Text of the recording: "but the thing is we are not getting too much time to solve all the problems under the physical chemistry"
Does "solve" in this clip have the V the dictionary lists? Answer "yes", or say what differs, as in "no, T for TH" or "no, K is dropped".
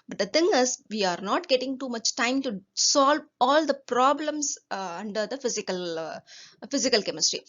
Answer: yes